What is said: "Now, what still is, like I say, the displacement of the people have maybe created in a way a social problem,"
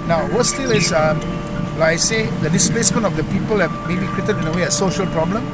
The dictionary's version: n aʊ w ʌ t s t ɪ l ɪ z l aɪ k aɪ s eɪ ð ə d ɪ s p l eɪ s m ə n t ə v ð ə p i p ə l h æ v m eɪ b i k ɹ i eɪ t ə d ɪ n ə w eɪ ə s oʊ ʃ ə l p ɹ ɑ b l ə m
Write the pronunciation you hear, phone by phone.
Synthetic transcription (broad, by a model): n aʊ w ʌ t s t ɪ l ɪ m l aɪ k aɪ s eɪ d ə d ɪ s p l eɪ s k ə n ə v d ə p i p ə l h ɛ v m eɪ b i k ɹ i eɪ t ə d ɪ n ə w eɪ ə s oʊ ʃ ə l p ɹ ɑ b l ə m